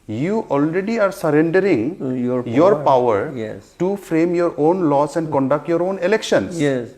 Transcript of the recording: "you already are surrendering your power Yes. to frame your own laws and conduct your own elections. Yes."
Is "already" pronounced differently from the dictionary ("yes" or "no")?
no